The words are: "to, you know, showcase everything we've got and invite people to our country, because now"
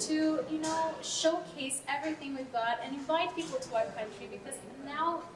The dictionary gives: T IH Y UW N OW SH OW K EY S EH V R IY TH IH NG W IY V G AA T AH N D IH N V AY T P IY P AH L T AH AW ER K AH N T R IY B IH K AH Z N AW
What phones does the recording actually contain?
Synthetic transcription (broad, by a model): T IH Y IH N OW SH OW K EY S EH V R IY TH IH NG W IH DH G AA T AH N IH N V AY T P IY P L T AH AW K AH N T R IY B IH K AH Z N AW